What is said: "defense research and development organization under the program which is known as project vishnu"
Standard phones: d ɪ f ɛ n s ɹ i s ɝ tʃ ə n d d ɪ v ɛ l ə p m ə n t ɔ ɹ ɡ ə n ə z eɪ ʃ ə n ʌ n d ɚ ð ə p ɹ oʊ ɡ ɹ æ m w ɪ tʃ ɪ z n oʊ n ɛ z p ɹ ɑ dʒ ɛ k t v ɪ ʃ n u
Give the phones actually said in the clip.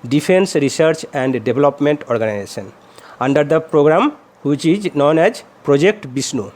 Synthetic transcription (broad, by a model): d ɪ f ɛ n s ɹ i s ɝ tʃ ə n d d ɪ b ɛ l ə p m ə n t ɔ ɹ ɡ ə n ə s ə n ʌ n d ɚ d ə p ɹ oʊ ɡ ɹ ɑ m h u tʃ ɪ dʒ n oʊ n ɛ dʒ p ɹ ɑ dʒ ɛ k t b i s n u